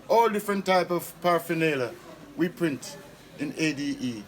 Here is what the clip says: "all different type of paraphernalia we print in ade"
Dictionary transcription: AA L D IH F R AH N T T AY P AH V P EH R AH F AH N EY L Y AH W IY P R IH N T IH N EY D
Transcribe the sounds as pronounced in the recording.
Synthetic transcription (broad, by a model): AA L D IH F R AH N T T AY P AH V P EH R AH F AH N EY L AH W IY P R IH N T IH N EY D